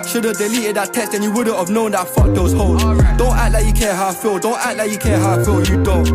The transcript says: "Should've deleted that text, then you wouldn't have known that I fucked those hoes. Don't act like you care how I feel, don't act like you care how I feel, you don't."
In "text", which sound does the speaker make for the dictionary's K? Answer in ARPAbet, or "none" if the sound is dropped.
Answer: none